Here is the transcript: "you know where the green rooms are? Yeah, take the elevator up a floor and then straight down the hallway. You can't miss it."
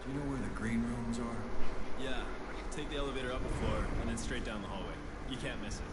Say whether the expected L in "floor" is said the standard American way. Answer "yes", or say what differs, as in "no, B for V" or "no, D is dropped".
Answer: no, L is dropped